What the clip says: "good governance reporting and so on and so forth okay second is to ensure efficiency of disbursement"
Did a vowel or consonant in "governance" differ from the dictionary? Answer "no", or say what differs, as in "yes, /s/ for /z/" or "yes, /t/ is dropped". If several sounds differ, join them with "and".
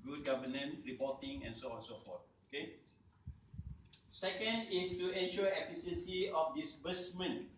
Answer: yes, /s/ is dropped